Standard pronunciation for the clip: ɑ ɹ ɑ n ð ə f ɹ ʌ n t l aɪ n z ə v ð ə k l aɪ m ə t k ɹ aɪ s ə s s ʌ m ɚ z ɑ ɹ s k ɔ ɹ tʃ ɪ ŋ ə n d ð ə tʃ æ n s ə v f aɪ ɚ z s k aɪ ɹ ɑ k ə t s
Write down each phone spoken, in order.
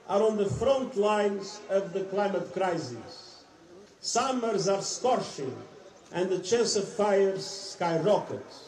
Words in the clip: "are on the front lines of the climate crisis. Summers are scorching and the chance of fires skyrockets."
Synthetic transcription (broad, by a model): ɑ ɹ ɑ n ð ə f ɹ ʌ n t l aɪ n z ə v ð ə k l aɪ m ə t k ɹ aɪ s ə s s ʌ m ɚ z ɑ ɹ s k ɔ ɹ ʃ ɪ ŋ ə n d ð ə tʃ æ n s ə v f aɪ ɚ z s k aɪ ɹ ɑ k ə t